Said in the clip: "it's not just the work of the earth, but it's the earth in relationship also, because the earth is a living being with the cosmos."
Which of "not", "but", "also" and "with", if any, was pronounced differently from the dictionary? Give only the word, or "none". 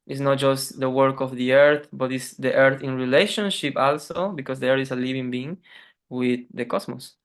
none